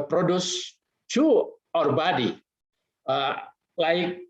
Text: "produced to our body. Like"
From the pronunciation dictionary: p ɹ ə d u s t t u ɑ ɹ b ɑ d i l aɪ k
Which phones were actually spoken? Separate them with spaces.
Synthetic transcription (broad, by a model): p ɹ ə d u s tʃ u ɑ ɹ b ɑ d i l aɪ k